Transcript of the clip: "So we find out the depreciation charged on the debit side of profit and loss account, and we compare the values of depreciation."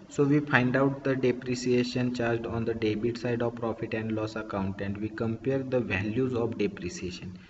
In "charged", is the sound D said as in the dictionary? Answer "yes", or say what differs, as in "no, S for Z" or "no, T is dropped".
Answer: yes